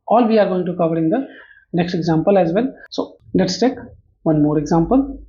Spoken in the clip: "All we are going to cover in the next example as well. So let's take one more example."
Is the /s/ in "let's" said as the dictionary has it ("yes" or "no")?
yes